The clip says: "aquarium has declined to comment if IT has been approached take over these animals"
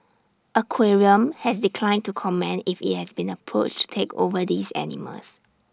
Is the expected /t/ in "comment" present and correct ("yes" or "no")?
no